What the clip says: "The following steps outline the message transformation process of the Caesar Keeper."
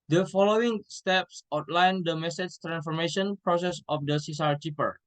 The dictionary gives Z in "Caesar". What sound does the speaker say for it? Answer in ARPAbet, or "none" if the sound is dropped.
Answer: S